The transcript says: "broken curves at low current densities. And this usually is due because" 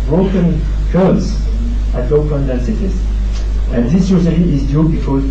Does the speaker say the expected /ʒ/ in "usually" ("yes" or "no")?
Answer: no